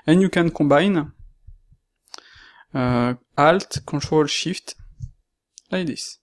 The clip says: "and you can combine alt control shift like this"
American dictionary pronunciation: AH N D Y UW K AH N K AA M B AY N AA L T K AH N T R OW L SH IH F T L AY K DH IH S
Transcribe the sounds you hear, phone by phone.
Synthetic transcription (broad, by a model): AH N Y UW K AH N K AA B AY N AA L T K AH T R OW L SH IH F T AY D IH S